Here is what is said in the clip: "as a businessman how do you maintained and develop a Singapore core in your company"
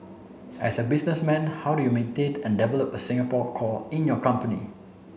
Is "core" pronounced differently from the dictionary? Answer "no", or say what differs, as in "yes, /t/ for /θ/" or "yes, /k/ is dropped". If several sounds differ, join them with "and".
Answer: yes, /l/ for /ɹ/